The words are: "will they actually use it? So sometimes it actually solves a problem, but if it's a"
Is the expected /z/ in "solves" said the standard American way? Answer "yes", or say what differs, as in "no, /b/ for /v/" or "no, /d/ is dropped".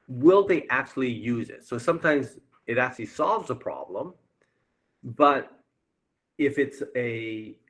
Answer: yes